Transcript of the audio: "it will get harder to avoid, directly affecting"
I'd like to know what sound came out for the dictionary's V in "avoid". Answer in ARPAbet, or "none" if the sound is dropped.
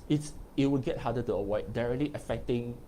W